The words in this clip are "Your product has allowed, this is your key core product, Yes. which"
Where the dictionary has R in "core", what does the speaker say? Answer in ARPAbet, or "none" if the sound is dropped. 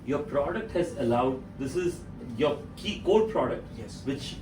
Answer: L